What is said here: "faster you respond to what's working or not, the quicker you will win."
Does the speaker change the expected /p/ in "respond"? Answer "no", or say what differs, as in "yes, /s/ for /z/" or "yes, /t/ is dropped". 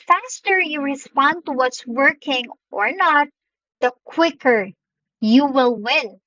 no